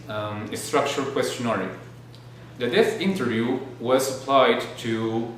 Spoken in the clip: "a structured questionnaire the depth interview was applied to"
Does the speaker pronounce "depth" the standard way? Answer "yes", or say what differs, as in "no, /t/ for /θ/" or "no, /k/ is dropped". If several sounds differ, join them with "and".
no, /p/ is dropped